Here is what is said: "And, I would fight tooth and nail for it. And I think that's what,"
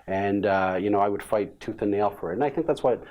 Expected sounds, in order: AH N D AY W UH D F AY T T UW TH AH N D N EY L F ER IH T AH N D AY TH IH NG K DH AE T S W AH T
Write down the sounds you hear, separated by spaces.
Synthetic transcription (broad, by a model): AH N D AY W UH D F AY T T UW TH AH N N EY L F ER IH T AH N AY TH IH NG K DH AE T S W AH T